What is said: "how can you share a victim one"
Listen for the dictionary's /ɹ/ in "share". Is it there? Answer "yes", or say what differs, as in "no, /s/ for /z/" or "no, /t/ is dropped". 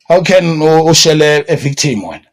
no, /l/ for /ɹ/